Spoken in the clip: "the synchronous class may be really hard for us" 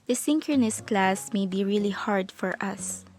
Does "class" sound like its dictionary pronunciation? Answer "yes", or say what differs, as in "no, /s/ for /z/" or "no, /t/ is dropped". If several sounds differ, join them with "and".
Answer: yes